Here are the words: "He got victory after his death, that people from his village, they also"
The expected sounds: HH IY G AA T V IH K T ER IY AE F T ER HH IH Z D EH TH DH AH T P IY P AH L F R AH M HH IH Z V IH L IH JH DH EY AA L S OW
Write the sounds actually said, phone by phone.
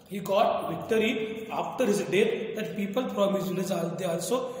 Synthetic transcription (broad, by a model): HH IY G AA T V IH K T ER IY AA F T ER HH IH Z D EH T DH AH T P IY P AH L P R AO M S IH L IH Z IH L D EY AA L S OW